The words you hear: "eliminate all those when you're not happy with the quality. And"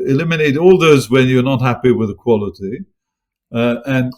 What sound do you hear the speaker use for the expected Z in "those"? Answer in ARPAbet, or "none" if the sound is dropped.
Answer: Z